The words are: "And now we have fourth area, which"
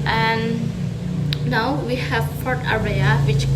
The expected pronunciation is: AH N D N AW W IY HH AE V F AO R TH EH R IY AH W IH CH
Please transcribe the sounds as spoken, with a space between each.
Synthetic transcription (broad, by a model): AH N N AW W IY HH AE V P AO R T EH R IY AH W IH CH